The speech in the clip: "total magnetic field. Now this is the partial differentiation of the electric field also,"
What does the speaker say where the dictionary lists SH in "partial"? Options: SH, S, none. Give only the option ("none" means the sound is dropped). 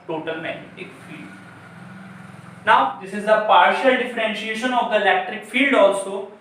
SH